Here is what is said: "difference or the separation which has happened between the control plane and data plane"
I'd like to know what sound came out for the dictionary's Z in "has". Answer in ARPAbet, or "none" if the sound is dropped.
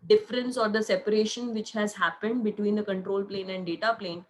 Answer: Z